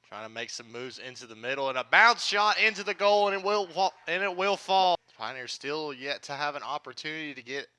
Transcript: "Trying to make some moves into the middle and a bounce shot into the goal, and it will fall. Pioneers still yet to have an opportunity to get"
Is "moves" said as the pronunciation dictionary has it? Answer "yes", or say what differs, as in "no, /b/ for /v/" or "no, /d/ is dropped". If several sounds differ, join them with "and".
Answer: yes